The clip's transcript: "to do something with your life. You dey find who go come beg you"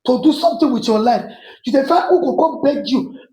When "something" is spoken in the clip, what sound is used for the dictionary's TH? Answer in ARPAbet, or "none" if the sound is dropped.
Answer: T